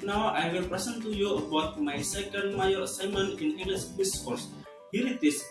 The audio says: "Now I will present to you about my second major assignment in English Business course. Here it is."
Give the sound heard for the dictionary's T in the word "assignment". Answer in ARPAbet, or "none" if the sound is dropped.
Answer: none